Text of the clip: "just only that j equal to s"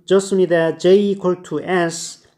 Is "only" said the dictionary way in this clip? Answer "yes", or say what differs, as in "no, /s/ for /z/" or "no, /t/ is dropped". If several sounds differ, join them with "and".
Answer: no, /l/ is dropped